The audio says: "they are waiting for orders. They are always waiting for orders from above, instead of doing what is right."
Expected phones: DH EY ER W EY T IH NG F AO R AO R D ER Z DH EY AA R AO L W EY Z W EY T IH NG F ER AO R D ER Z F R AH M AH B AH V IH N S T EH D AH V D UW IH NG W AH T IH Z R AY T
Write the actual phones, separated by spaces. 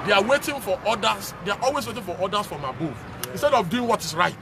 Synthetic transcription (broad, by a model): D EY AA W EY T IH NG F AO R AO D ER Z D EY AA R AO L W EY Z W EY T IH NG F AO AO D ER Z F R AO M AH B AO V IH N S T EH D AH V D UW IH NG W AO T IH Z R AY T